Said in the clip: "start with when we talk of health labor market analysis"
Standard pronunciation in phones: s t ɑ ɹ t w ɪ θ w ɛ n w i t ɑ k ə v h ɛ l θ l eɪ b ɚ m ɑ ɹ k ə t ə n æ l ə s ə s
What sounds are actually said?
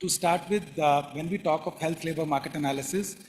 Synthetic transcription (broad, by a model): s t ɑ ɹ t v ɪ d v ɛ n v i t ɑ k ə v h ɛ l t l eɪ b ɚ m ɑ ɹ k ə t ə n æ l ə s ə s